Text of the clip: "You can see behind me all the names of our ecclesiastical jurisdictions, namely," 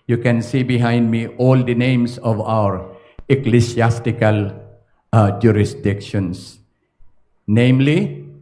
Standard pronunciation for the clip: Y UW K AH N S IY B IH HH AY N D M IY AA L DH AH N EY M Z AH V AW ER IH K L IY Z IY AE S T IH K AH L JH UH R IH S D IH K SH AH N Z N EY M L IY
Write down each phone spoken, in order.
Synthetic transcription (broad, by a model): Y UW K AH N S IY B IH HH AY N D M IY AA L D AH N EY M S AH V AW ER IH K L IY S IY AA S T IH K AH L JH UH R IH S D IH K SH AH N S N EY M L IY